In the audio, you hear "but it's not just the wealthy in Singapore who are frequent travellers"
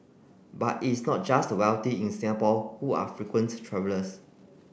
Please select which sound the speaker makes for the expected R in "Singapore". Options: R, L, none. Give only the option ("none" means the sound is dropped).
L